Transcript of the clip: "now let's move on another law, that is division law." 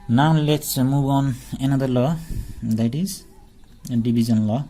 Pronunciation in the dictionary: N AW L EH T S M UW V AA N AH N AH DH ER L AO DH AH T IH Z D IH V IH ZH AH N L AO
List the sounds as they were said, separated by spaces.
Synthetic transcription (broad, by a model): N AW L EH T S M UW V AA N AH N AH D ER L AO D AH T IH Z D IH B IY Z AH N L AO